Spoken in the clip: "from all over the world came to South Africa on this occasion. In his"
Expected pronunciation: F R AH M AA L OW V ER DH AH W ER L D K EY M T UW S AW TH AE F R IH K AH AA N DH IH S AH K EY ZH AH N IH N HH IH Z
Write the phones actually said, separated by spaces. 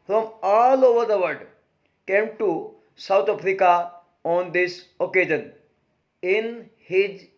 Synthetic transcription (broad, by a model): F R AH M AA L OW V ER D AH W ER D K EY M T UW S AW T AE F R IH K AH AA N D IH S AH K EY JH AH N IH N HH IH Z